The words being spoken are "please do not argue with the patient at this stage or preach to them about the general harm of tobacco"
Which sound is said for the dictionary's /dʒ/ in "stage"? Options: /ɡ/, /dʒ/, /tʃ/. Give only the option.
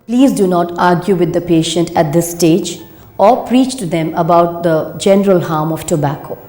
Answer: /dʒ/